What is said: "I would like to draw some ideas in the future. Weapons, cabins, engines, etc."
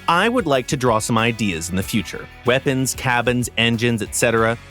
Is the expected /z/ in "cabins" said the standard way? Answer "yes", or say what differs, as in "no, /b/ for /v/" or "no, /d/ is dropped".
yes